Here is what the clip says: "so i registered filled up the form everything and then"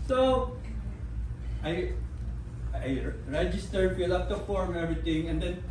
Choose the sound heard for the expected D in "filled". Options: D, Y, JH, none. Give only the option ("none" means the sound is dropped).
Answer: none